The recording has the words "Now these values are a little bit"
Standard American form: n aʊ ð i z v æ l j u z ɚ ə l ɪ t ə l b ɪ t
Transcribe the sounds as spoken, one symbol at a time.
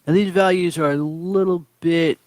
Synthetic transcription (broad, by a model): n ð i z v æ l j u z ɚ ə l ɪ t l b ɪ t